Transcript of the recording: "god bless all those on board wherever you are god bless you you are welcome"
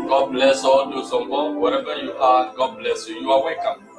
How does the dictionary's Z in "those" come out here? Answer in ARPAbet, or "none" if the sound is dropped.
S